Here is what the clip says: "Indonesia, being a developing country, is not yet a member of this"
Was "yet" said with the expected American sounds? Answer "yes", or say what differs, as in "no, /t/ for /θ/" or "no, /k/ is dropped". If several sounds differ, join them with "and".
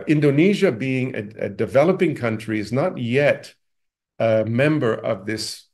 yes